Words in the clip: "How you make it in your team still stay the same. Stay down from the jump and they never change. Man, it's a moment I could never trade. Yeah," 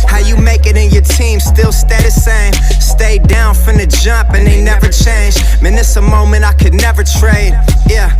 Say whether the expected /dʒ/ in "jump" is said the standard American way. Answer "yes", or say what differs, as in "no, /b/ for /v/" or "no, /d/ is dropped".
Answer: yes